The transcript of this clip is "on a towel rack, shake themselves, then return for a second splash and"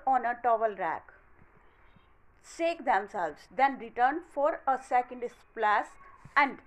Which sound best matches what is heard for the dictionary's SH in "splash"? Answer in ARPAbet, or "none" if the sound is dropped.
S